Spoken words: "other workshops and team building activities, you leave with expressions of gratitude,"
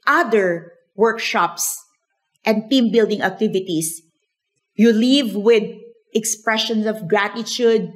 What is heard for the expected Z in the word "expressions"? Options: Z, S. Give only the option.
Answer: S